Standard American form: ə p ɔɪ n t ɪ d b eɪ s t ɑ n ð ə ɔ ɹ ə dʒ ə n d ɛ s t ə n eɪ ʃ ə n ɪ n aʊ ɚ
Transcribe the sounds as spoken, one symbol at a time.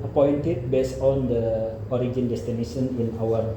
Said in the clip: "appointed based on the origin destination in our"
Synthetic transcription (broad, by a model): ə p ɔɪ n t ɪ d b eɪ s ɑ n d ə ɔ ɹ ə dʒ ə n d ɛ s t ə n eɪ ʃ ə n ɪ n aʊ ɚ